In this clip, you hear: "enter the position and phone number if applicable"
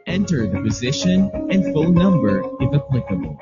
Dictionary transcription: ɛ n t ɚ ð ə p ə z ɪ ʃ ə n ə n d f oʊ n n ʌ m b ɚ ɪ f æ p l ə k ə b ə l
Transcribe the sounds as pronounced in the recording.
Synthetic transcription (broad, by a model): ɛ n t ɚ ð ə p ə z ɪ ʃ ə n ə n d f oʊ l n ʌ m b ɚ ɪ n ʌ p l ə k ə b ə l